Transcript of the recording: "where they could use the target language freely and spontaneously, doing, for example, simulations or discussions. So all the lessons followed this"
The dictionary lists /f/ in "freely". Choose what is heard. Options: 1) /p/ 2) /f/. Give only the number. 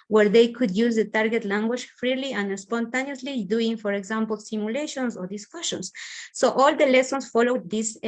2